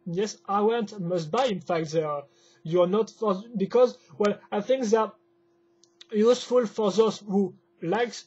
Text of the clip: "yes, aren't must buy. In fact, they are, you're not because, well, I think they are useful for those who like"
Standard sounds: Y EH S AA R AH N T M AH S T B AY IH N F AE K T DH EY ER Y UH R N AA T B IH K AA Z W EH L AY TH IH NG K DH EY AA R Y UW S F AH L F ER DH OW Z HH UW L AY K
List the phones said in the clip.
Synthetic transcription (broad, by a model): Y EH S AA W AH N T M AH S T B AY IH N F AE K T DH EY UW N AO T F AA B IH K AA Z W EH L AY TH IH NG K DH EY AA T Y UW S F AH L F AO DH OW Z HH UW L AY K